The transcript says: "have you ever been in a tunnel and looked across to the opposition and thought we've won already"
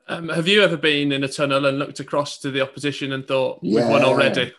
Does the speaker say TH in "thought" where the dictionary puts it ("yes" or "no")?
yes